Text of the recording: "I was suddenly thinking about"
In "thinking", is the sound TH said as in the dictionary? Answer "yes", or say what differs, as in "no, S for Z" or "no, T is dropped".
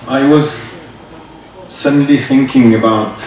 yes